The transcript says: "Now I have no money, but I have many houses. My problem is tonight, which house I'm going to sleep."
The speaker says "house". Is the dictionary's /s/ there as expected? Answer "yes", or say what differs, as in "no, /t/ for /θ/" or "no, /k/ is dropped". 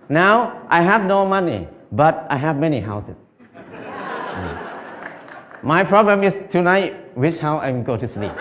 no, /s/ is dropped